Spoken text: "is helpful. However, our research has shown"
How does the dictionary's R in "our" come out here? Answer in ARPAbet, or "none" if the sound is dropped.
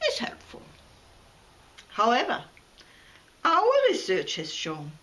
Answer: L